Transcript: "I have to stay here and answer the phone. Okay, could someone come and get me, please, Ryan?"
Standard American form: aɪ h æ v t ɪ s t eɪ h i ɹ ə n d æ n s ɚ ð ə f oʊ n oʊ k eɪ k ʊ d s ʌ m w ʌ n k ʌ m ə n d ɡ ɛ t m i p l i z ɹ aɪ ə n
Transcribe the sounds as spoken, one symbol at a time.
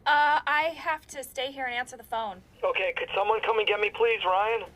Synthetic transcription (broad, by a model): aɪ h æ f t ɪ s t eɪ h i ɹ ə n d æ n s ɚ ð ə f oʊ n oʊ k eɪ k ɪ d s ʌ m w ʌ n k ʌ m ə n ɡ ɛ t m i p l i z ɹ aɪ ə n